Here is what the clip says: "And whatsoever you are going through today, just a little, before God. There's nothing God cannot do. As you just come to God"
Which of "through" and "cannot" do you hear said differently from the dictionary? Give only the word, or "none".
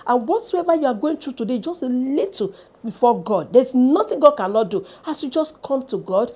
through